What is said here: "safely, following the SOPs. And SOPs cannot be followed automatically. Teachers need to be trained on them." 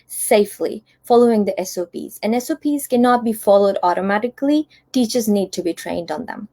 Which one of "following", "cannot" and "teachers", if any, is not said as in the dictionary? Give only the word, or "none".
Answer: none